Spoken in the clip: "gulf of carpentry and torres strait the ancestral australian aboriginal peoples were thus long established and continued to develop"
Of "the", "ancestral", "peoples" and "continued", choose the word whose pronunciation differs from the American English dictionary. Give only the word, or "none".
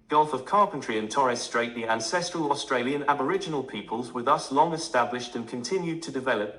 none